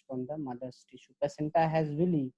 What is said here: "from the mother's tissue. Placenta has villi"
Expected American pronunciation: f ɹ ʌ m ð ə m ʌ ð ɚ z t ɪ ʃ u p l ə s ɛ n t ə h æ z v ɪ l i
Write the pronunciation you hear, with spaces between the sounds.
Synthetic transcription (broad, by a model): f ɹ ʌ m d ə m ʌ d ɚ s t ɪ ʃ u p ə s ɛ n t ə h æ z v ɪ l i